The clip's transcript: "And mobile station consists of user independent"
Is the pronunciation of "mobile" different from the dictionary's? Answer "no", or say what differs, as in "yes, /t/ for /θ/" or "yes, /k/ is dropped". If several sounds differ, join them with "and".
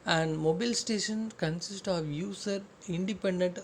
no